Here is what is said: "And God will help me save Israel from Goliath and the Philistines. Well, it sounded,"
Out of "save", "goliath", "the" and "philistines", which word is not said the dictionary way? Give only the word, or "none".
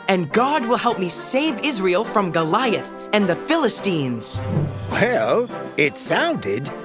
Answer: none